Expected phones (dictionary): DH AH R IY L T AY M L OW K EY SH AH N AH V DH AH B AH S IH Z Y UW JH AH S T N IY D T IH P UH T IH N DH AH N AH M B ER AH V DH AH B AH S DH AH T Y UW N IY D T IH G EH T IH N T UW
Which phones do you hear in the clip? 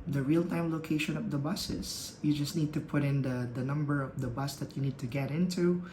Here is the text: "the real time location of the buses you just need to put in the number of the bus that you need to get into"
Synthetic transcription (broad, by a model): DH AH R IY L T AY M L OW K EY SH AH N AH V DH AH B AH S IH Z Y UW JH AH S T N IY D T IH P UH T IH N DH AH N AH M B ER AH V DH AH B AH S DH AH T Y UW N IY D T IH G EH T IH N T UW